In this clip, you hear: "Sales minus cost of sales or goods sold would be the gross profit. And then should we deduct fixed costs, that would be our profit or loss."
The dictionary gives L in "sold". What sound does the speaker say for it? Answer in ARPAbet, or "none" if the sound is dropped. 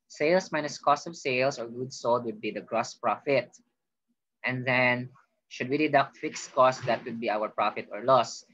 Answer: L